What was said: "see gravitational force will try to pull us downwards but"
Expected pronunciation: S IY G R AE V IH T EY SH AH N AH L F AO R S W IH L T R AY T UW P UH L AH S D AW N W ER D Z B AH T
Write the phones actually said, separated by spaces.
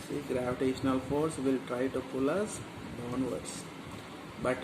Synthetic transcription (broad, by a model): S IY G R AE V IH T EY SH AH N AH L F AO R S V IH L T R AY T UW P UH L AH S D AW N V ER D S B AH T